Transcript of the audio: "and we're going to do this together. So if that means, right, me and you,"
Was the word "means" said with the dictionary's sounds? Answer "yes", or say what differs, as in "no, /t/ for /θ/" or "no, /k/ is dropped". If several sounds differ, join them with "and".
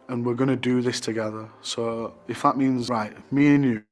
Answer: yes